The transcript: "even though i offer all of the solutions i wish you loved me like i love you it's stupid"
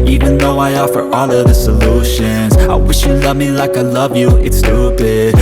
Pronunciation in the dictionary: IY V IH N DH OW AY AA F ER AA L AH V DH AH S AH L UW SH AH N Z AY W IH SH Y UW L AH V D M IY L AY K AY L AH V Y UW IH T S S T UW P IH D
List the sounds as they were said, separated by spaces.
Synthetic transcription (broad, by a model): IY V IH N DH OW AY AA F ER AA L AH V DH AH S AH L UW SH AH N Z AY W IH SH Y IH L AH V M IY L AY K AY L AH V Y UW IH T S S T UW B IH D